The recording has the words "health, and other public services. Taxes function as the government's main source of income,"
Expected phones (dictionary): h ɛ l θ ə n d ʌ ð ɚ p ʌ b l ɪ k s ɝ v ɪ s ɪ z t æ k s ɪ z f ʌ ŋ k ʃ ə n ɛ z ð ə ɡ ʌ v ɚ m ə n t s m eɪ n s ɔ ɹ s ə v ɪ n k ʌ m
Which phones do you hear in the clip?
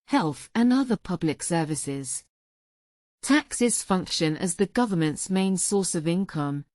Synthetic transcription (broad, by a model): h ɛ l θ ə n ʌ ð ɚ p ʌ b l ɪ k s ɝ v ɪ s ɪ z t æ k s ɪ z f ʌ ŋ k ʃ ə n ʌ z ð ə ɡ ʌ v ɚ m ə n t s m eɪ n s ɔ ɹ s ə v ɪ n k ʌ m